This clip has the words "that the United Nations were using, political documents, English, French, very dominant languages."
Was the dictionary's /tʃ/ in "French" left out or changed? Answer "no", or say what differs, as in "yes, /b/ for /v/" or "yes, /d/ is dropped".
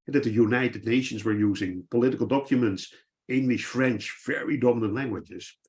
no